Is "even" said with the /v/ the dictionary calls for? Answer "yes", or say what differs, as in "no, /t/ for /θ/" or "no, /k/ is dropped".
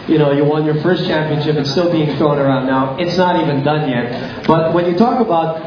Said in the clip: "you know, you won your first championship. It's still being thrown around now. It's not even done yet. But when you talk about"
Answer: yes